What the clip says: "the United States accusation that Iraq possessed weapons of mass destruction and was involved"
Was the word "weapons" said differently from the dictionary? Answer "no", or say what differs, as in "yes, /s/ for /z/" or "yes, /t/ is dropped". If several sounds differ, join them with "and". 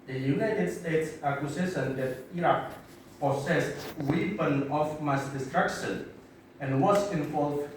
yes, /z/ is dropped